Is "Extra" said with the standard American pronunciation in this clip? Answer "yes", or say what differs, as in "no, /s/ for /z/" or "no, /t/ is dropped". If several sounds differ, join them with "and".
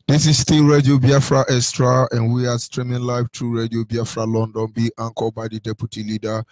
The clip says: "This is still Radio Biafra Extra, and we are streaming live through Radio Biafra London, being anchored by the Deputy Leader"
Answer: no, /k/ is dropped